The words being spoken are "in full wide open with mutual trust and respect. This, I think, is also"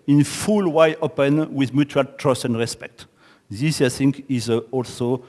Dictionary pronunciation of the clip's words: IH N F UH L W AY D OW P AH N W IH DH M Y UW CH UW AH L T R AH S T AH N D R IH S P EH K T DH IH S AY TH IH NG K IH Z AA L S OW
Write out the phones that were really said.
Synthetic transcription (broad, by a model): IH N F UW L W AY OW P AH N W IH DH M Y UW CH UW L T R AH S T AH N D R IH S P EH K T DH IH S AY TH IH NG K IH Z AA L S OW